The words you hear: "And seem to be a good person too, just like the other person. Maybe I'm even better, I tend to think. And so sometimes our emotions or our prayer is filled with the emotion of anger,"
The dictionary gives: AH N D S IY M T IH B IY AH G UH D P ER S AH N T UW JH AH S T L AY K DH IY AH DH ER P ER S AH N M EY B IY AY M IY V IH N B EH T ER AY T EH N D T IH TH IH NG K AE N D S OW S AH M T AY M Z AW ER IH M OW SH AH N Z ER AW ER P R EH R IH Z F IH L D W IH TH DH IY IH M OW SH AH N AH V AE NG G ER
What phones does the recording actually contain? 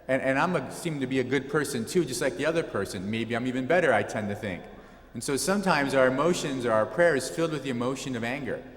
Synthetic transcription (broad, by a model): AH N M S IY M T IH B IY AH G UH D P ER S AH N T UW JH AH S T L AY K DH IY AH DH ER P ER S AH N M EY B IY AY M IY V IH N B EH T ER AY T EH N T IH TH IH NG K N S OW S AH M T AY M Z AW ER IH M OW SH AH N Z ER AW ER P R EH R IH Z F IH L D W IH DH IY IH M OW SH AH N AH V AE NG G ER